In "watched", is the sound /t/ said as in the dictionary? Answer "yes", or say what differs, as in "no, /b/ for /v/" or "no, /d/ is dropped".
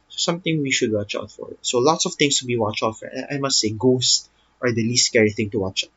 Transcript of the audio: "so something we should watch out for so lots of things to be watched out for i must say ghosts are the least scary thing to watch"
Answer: no, /t/ is dropped